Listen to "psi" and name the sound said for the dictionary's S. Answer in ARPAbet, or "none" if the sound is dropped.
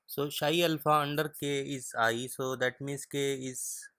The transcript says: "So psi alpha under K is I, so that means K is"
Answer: SH